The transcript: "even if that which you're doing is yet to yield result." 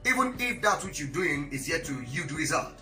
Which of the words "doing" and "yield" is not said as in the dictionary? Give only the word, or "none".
yield